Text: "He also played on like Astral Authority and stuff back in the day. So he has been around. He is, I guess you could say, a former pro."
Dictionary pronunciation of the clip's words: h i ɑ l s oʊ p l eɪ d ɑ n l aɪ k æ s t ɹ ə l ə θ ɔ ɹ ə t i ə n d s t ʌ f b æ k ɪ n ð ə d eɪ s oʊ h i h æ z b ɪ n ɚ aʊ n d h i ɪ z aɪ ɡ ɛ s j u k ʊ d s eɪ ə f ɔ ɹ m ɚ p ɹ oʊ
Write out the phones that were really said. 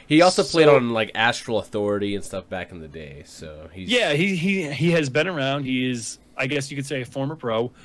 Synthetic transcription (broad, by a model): h i ɑ l s oʊ p l eɪ d n l aɪ k æ s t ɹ l ə θ ɔ ɹ ə t i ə n s t ʌ f b æ k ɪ n ð ə d eɪ s oʊ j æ h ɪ z b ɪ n ɚ aʊ n d h i ɪ z aɪ ɡ ɛ s j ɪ k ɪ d s eɪ ə f ɔ ɹ m ɚ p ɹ oʊ